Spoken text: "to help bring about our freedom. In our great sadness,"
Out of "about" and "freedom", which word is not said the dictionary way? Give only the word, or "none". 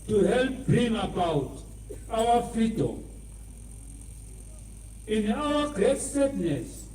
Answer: freedom